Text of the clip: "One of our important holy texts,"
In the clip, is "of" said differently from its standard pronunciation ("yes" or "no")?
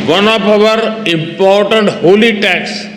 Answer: yes